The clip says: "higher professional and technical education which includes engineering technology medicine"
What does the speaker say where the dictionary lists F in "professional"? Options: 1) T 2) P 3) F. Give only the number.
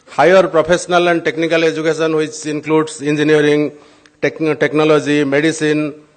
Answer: 2